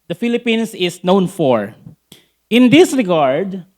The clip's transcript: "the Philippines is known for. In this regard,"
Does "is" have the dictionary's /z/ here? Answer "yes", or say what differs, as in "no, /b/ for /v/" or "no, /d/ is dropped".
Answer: no, /s/ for /z/